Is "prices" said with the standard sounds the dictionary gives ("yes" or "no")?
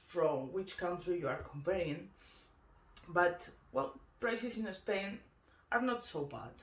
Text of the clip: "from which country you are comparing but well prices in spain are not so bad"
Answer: no